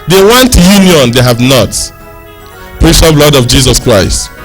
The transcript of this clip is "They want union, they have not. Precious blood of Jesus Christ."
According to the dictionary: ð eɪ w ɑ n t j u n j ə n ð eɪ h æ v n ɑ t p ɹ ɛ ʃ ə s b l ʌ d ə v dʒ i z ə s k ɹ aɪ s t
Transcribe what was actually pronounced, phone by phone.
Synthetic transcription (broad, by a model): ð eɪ w ɑ n t j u n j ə n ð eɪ h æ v n ɑ t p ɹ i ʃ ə b l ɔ d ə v dʒ i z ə s k ɹ aɪ s t